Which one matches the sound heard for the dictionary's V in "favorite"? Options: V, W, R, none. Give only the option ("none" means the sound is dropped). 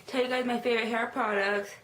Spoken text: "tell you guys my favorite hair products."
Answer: V